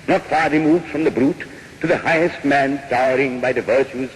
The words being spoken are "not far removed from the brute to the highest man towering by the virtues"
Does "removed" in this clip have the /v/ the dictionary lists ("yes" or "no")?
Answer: yes